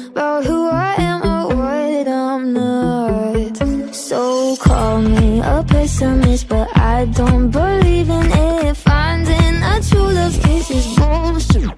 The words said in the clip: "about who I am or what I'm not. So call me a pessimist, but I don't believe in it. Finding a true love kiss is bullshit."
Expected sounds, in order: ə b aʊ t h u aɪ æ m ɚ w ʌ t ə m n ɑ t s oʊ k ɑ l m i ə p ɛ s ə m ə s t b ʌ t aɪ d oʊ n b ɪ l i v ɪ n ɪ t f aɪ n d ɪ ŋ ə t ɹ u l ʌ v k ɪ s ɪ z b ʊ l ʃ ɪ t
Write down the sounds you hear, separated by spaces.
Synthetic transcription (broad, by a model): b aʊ h u aɪ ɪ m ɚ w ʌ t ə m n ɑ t s oʊ k ɑ l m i ə p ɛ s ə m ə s b ʌ t aɪ d oʊ n b ɪ l i v ɪ n ɪ t f aɪ n d ɪ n ə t u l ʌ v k ɪ s ɪ z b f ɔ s